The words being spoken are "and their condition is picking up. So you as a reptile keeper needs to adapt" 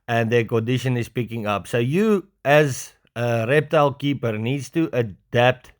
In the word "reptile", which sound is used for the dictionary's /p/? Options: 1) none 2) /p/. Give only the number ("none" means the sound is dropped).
2